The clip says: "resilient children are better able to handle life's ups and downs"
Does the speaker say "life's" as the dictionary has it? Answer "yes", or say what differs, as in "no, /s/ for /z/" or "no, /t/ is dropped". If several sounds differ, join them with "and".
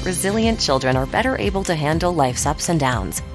yes